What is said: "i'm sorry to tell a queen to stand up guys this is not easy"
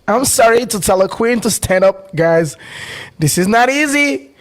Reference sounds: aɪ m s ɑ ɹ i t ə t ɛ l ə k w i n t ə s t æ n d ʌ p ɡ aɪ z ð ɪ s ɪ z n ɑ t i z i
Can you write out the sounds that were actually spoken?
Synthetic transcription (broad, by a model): aɪ m s ɑ ɹ i t ə t ɛ l ə k w i n t ə s t æ n d ʌ p ɡ aɪ z ð ɪ s ɪ z n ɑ t i z i